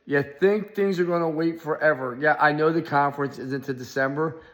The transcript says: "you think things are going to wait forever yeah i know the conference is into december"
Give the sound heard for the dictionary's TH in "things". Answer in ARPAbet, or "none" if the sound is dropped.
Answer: TH